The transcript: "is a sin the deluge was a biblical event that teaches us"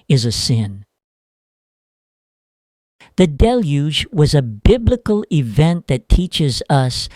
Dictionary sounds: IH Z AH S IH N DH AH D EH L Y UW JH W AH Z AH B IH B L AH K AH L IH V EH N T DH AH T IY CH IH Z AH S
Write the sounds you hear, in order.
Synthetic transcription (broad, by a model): IH Z AH S IH N DH AH D EH L Y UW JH W AH Z AH B IH B L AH K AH L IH V EH N DH AH T IY CH IH Z AH S